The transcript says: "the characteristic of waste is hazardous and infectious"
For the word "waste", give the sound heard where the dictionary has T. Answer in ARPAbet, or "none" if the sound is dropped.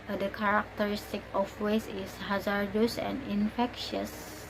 none